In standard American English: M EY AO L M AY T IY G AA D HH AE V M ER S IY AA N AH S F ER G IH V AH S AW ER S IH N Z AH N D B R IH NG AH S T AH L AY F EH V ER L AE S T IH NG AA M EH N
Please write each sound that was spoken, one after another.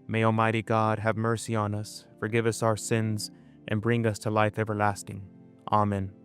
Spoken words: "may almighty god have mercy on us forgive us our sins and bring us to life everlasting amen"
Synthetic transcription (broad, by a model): M EY AO L M AY T IY G AA D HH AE V M ER S IY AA N AH S F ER G IH V AH S AW ER S IH N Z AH N B R IH NG AH S T AH L AY F EH V ER L AE S T IH NG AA M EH N